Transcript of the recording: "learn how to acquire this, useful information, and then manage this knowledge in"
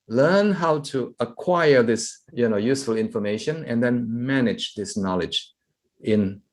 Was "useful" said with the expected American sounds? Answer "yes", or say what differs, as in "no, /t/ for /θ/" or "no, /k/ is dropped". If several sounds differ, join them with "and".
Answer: yes